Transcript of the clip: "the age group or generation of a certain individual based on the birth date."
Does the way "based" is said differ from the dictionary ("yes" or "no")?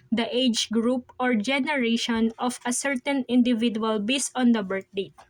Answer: yes